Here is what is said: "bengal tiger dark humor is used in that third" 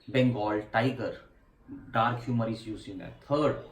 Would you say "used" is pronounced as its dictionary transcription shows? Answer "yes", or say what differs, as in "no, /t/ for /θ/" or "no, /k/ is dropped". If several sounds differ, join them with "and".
no, /d/ is dropped